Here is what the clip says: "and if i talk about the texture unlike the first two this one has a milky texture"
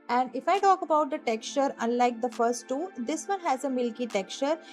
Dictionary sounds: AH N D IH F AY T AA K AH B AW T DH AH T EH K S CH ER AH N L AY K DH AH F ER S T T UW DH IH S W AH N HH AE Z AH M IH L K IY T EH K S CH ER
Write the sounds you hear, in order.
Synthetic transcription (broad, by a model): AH N D IH F AY T AA K AH B AW T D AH T EH K S CH ER AH N L AY K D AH F ER S T T UW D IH S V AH N HH AE Z AH M IH L K IY T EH K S CH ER